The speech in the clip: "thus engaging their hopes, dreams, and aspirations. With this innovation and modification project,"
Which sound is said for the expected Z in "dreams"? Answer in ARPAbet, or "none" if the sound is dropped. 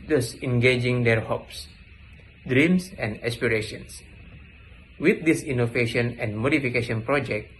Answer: S